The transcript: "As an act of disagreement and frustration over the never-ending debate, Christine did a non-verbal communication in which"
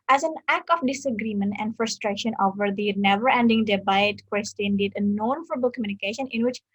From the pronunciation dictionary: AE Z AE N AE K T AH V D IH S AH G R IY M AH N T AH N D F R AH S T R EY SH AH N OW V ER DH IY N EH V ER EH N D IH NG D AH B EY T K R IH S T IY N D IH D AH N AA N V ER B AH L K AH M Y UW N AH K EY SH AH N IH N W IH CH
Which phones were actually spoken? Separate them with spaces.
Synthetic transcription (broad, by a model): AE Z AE N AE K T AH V D IH S AH G R IY M AH N T AH N D F R AH S T R EY SH AH N OW V ER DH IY N EH V ER EH N D IH NG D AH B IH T K W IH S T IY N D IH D AH N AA N F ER B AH L K AH M Y UW N AH K EY SH AH N IH N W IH CH